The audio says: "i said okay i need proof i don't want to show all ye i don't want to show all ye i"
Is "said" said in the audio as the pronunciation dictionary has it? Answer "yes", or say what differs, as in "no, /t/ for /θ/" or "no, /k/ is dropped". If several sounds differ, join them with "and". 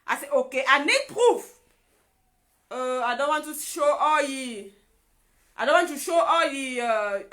no, /d/ is dropped